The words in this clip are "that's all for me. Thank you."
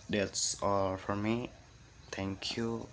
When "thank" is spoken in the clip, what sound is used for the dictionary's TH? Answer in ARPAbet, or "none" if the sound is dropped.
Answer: T